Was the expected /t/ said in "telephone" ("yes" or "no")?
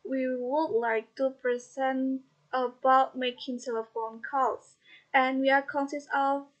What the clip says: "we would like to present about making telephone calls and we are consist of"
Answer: no